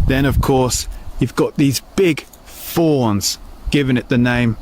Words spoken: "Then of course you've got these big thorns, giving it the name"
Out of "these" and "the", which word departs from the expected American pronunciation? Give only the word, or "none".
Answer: none